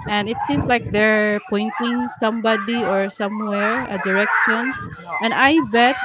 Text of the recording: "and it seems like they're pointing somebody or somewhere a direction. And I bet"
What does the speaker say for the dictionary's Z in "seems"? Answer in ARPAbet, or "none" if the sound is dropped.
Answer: S